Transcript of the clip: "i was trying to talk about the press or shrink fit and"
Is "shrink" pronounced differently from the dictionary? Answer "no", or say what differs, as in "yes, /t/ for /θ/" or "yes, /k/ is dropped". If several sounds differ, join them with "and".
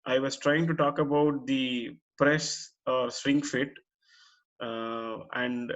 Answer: yes, /s/ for /ʃ/